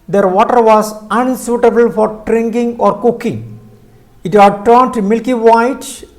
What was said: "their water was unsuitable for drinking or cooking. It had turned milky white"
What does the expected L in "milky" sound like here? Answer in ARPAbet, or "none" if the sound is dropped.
L